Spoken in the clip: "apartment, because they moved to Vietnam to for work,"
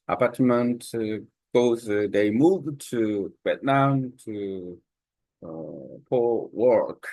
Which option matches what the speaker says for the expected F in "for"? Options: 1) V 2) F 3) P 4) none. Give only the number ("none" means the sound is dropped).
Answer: 3